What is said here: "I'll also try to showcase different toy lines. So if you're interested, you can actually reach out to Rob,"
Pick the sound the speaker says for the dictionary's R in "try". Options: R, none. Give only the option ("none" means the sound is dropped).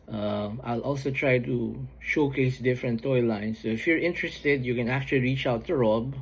R